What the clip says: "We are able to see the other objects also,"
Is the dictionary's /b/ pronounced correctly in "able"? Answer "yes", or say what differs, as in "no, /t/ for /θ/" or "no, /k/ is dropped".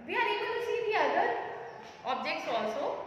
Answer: no, /b/ is dropped